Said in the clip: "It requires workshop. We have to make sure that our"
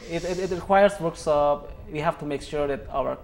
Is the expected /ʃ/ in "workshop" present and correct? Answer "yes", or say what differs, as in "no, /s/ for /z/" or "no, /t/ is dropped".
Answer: no, /s/ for /ʃ/